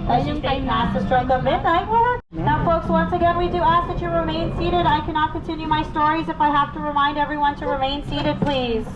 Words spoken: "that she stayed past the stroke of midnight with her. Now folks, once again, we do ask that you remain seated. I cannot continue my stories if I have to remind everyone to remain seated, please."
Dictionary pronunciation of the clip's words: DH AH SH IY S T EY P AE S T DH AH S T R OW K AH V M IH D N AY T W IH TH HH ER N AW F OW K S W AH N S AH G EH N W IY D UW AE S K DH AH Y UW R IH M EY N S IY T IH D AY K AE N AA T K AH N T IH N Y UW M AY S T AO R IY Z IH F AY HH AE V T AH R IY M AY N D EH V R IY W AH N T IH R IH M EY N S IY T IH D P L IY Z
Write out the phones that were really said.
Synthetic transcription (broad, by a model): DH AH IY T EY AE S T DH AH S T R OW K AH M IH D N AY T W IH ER N AW F OW K S W AH N S AH G EH N W IY D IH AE S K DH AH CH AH R IH M EY N S IY T IH D AY K AE N AA T K AH N T IH N Y UW M AY S T AO R IY Z IH F AY HH AE F T AH R IY M AY N D EH V R IY W AH N T IH R IH M EY N S IY T IH D P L IY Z